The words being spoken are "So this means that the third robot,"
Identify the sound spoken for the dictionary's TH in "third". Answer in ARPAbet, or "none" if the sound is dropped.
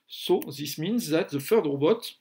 F